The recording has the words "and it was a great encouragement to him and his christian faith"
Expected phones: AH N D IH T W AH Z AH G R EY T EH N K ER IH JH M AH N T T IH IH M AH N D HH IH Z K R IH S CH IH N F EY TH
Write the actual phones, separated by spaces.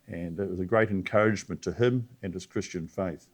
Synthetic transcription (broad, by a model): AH N IH T W AH Z AH G R EY T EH N K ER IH JH M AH N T T IH IH M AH N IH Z K R IH S CH IH N F EY TH